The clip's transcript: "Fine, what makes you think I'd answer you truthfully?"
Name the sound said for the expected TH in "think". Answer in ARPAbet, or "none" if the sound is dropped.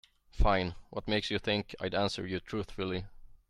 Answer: TH